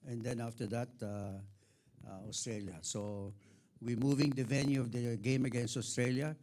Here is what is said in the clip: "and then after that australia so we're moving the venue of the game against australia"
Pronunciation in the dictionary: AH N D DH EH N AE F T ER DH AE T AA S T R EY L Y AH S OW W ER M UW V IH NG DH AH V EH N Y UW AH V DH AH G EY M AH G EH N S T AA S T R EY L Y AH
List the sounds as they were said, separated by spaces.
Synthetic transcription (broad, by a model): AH N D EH N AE F T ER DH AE T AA S T R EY L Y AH S OW W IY M UW V IH NG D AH V EH N Y UW AH V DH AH G EY M AH G EH N S T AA S T R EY L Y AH